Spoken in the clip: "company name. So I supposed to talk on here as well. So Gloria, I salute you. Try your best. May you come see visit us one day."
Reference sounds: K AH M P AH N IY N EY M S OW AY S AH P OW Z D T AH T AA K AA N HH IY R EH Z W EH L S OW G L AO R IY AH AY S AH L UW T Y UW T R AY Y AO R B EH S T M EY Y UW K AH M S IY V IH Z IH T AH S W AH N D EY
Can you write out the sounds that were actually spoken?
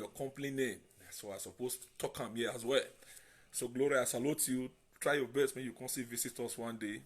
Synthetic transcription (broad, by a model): K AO M P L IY N EY M S OW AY S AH P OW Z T T AA K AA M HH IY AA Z W EH L S OW G L AO R IY AH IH S AH L UW T Y UW T R AY Y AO B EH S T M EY Y UW K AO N S IY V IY S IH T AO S W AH N D EY